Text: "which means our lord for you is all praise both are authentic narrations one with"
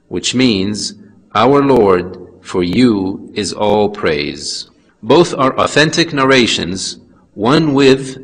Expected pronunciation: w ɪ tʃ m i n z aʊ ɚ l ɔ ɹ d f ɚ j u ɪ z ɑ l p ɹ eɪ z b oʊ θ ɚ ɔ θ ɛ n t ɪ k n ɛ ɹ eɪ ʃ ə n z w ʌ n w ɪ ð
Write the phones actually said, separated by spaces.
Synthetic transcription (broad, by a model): w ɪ tʃ m i n z aʊ ɚ l ɔ ɹ d f ɚ j u ɪ z ɑ l p ɹ eɪ z b oʊ θ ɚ ɔ θ ɛ n t ɪ k n ɛ ɹ eɪ ʃ ə n z w ʌ n w ɪ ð